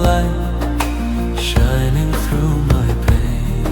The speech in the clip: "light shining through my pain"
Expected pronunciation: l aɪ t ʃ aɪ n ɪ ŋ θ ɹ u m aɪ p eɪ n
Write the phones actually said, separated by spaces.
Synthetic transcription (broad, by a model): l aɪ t ʃ aɪ n ɪ ŋ θ ɹ u m aɪ p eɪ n